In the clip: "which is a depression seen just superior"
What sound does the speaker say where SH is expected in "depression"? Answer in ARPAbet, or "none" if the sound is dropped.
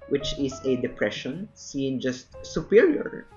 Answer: SH